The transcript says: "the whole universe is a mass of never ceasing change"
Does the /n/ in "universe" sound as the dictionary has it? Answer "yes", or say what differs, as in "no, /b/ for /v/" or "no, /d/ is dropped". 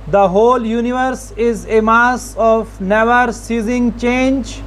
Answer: yes